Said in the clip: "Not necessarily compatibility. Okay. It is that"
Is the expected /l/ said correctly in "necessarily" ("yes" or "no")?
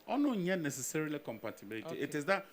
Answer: yes